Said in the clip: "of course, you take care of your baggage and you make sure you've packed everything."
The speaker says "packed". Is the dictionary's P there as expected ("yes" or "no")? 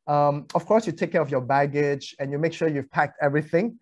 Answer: yes